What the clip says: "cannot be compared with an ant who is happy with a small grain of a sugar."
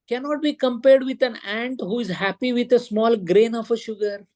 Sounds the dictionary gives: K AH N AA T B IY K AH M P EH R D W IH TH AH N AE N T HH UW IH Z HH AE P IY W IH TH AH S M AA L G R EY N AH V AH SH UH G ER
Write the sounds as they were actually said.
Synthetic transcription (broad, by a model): K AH N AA T B IY K AH M P EH R D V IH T AH N AE N T HH UW IH Z HH AE P IY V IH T AH S M AA L G R EY N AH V AH SH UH G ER